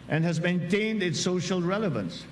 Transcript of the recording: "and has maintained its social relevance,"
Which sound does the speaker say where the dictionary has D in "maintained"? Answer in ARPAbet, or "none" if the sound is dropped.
D